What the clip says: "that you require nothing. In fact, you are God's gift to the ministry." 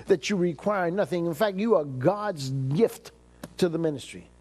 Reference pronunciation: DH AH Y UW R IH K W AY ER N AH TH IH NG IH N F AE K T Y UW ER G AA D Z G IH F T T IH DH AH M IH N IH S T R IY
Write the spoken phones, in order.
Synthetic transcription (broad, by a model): DH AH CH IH R IH K W AY ER N AH TH IH NG IH N F AE K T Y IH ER G AA D Z G IH F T T IH DH AH M IH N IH S T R IY